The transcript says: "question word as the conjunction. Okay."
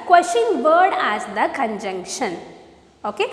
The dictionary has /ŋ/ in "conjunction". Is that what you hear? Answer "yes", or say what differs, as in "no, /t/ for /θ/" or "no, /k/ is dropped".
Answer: yes